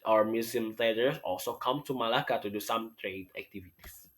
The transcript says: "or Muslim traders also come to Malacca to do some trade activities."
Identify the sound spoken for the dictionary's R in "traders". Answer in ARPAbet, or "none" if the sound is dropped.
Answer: none